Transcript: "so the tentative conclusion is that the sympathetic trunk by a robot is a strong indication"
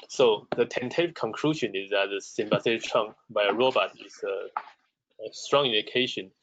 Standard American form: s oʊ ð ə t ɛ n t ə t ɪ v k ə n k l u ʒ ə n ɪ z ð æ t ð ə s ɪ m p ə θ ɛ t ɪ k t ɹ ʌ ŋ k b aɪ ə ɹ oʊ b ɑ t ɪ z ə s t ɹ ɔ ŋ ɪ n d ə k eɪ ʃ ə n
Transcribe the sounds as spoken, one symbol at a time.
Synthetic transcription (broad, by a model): s oʊ ð ə t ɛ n t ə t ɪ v k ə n k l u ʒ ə n ɪ z ð æ t ð ə s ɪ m b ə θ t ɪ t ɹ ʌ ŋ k b aɪ ə ɹ oʊ b ɑ t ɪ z ə s t ɹ ɔ ŋ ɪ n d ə k eɪ ʃ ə n